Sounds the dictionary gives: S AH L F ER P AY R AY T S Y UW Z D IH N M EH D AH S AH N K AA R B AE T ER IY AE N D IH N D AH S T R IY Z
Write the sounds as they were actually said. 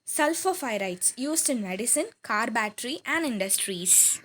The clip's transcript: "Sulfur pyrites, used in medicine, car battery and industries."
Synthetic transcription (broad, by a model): S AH L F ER F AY R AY T S Y UW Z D IH N M EH D AH S AH N K AA R B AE T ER IY AE N D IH N D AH S T R IY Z